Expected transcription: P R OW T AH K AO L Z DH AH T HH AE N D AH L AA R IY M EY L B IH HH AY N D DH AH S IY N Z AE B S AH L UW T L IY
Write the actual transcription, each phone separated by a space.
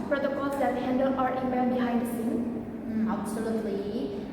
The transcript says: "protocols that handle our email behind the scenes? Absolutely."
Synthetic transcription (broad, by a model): P R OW T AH K AO L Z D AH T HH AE N D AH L AA R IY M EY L B IH HH AY N D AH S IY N AE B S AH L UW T L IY